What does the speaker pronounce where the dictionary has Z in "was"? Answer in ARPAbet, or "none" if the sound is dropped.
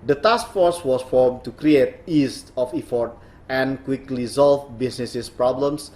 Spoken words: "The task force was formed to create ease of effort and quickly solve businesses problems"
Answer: S